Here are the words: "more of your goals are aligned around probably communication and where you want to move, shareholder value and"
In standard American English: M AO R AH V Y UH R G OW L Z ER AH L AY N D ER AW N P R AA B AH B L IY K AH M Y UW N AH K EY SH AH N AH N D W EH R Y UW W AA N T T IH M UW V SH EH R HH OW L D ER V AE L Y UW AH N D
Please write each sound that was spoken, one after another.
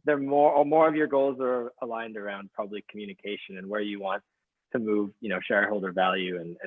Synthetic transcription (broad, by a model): M AO R AH V Y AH R G OW L Z ER AH L AY N D ER AW N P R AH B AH B L IY K M Y UW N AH K EY SH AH N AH N W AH R Y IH W AA N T T IH M UW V SH EH R HH OW L D ER V AE L Y UW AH N